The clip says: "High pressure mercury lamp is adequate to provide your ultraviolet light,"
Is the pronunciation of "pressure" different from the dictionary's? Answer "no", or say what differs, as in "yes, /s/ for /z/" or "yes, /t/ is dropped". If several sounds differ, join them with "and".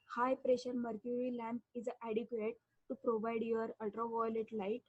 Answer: no